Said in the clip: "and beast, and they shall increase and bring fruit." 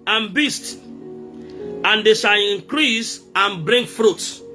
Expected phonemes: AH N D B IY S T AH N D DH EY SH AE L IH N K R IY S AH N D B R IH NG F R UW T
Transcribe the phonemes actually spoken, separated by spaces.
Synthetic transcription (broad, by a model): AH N B IY S T AH N D EY SH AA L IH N K R IY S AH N B R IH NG F R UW T